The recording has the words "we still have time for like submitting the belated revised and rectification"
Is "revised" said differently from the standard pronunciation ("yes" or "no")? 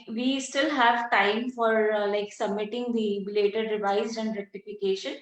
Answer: yes